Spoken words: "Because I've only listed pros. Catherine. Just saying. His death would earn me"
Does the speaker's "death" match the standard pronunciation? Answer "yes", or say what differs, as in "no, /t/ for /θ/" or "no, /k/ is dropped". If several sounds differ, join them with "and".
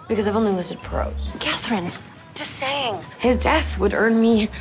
yes